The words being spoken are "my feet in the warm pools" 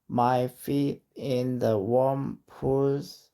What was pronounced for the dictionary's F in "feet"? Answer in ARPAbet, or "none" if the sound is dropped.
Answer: F